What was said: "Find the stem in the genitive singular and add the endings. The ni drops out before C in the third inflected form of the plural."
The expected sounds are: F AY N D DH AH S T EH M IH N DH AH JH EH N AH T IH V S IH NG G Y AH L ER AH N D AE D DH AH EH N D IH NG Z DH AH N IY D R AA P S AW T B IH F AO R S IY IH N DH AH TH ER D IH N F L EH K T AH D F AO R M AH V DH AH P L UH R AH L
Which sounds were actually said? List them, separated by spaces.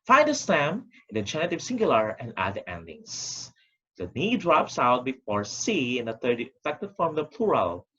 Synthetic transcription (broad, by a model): F AY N D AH S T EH M IH N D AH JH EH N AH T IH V S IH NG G Y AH L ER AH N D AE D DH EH N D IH NG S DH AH N IY D R AA P S AW T B IH F AO R S IY IH N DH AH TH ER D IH F EH K T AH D F AO R M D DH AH P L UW R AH L